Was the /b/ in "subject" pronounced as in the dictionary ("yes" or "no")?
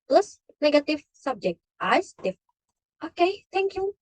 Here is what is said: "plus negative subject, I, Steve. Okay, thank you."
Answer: yes